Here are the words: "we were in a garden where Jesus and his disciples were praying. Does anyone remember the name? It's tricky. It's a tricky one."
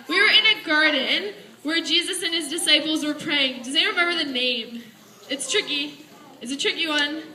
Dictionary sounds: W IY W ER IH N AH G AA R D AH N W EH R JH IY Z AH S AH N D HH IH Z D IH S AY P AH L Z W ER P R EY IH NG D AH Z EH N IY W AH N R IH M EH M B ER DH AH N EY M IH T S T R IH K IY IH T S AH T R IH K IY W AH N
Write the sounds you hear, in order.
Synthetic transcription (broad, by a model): W IY W ER IH N AH G AA R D N W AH R JH IY Z AH S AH N IH Z D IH S AY P L Z W ER P R EY IH NG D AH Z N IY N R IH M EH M B ER DH AH N EY M IH T S T R IH K IY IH T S AH T R IH K IY W AH N